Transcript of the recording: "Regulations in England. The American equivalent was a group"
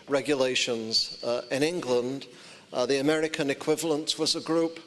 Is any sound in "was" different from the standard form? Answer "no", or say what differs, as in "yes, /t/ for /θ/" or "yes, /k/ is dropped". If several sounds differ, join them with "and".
no